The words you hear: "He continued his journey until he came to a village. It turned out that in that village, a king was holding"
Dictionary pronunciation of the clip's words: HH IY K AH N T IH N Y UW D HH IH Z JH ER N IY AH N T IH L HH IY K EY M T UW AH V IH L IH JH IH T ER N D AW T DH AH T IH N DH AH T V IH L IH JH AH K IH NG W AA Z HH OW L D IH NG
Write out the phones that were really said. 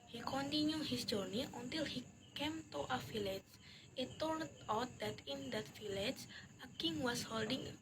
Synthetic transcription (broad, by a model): HH IY K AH N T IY N Y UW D HH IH S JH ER N IY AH N T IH L HH IY K EY M T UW AH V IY L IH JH IH T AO L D AW T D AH T IH N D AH T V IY L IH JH AH K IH NG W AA S HH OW L D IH NG